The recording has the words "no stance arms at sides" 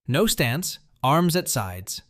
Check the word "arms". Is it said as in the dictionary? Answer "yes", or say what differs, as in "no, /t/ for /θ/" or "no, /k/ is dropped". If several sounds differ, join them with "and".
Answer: yes